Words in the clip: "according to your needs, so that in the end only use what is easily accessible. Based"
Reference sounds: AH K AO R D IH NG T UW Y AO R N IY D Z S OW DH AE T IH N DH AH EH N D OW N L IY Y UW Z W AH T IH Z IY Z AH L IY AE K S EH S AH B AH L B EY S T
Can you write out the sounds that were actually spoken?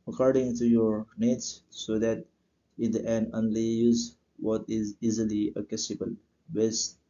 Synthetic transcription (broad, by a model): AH K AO R D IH NG T UW Y AO R N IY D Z S OW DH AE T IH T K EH N OW N L IY Y UW Z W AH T IH Z IY Z AH L IY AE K EH S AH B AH L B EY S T